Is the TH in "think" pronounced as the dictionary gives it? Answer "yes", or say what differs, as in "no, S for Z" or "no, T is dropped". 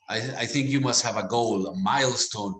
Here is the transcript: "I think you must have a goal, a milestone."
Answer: yes